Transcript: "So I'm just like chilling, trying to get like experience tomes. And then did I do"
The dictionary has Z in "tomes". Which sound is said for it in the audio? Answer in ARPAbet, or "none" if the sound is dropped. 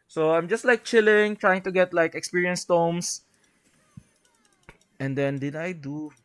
S